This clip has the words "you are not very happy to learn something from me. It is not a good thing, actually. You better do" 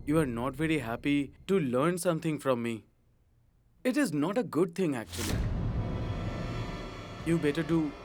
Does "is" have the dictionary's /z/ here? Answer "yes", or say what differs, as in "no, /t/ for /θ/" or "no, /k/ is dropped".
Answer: yes